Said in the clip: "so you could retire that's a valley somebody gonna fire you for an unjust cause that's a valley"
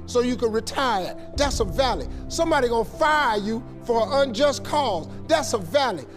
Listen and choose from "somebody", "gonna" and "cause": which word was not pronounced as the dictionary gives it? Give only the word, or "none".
gonna